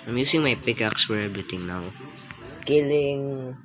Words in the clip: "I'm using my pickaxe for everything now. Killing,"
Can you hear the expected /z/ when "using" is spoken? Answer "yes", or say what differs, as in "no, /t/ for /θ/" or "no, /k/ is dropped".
no, /s/ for /z/